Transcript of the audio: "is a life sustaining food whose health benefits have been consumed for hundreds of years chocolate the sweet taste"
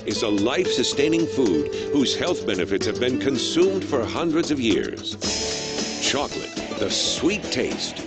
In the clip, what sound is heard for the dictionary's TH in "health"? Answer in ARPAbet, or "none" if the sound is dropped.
TH